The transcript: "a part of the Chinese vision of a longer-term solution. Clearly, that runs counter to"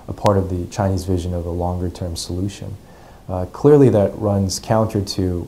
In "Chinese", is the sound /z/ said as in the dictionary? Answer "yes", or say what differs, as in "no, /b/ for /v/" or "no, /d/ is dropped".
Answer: yes